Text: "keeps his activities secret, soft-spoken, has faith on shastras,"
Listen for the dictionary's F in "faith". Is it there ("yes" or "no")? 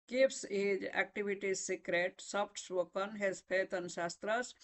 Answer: no